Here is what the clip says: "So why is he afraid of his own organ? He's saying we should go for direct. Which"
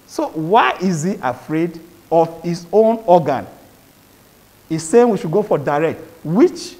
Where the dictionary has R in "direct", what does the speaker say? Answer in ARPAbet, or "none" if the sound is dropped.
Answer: R